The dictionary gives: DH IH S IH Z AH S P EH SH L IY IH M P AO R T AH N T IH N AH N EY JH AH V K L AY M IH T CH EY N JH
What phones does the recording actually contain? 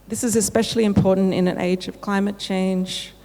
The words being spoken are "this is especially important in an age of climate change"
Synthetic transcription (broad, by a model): DH IH S IH Z AH S P EH SH L IY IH M P AO R T N T IH N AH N EY JH AH V K L AY M IH T CH EY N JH